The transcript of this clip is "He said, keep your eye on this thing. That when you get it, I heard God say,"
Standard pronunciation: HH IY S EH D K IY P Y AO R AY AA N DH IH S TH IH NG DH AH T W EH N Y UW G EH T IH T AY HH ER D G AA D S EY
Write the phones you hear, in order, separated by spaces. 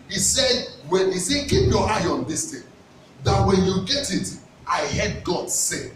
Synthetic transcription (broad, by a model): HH IY S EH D K IY P Y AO AY AA N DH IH S T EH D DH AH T W EH N Y UW G EH T IH T AY HH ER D G AA D S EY